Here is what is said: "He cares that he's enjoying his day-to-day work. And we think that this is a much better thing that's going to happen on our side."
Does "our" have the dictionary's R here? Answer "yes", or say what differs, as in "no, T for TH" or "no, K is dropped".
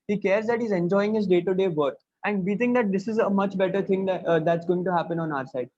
yes